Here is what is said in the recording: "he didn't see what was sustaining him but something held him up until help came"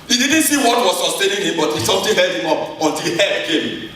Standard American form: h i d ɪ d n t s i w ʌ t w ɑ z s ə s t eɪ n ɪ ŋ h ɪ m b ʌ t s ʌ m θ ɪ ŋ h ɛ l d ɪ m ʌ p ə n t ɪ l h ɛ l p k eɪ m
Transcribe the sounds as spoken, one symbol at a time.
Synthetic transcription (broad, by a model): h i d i d n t s i w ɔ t w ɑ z s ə s t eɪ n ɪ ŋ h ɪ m b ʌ t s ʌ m t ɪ h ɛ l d ɪ m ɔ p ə n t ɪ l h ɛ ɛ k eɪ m